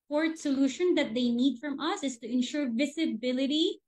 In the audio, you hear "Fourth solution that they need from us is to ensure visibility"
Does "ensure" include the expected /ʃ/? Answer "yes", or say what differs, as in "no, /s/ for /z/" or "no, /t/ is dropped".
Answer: yes